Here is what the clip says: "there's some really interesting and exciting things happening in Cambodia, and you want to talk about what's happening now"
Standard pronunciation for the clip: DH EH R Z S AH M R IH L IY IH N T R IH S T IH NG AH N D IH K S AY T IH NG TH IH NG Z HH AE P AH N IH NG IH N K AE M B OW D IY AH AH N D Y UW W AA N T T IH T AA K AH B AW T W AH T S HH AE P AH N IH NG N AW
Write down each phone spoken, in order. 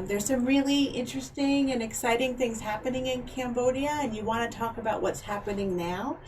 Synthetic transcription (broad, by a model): DH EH R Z S AH M R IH L IY IH N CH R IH S T IH NG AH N IH K S AY T IH NG TH IH NG Z HH AE P AH N IH NG IH N K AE M B OW D IY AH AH N Y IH W AA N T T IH T AA K AH B AW T W AH T S HH AE P AH N IH NG N AW